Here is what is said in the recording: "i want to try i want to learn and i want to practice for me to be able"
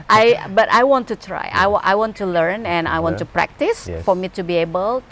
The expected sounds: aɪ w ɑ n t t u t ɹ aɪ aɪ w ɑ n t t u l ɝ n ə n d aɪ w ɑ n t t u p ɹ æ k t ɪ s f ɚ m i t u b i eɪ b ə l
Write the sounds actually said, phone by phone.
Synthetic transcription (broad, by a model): aɪ w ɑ n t t u t ɹ aɪ aɪ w ɑ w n t u l ɝ n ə n aɪ w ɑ n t t u p ɹ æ k t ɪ s f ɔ m i t u b i eɪ b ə l